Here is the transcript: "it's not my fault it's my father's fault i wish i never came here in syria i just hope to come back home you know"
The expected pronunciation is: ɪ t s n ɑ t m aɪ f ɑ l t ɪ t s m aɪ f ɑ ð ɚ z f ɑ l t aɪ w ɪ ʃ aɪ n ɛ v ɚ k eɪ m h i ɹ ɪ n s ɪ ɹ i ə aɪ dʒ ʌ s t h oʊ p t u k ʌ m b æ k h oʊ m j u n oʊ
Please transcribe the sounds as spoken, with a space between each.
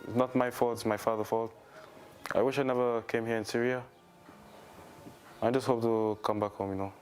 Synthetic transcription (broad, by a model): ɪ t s n ɑ t m aɪ f ɑ l t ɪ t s m aɪ f ɑ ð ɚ f ɑ l t aɪ w ɪ ʃ aɪ n ɛ v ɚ k eɪ m h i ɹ ɪ n s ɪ ɹ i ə aɪ dʒ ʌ s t h oʊ p t u k ʌ m b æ k h oʊ m j u n oʊ